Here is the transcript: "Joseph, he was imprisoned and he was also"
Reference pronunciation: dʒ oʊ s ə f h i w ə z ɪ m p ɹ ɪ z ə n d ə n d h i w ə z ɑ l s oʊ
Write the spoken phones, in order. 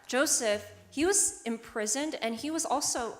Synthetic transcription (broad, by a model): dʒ oʊ s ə f h i w ə z ɪ m p ɹ ɪ z ə n d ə n i w ə z ɑ l s oʊ